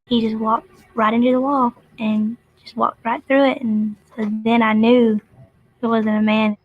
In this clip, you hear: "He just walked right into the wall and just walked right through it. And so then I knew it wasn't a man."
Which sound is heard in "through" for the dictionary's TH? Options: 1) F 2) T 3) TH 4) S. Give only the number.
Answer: 3